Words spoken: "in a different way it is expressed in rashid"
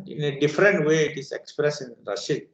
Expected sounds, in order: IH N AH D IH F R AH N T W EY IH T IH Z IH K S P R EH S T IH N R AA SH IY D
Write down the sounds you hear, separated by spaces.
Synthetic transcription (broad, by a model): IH N AH D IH F R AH N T W EY IH T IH S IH K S P R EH S IH N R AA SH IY